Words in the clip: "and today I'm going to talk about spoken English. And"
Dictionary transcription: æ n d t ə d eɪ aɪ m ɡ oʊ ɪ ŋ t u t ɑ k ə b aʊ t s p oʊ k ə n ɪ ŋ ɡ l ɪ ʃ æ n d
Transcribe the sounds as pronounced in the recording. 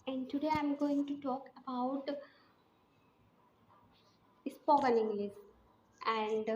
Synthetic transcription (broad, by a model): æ n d t ə d eɪ aɪ m ɡ oʊ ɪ ŋ t u t ɑ k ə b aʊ t s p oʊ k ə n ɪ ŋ ɡ l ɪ s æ n d